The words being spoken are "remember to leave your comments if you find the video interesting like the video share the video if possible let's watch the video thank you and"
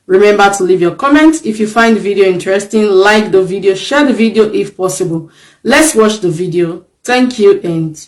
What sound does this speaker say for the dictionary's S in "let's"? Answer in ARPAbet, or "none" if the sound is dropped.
S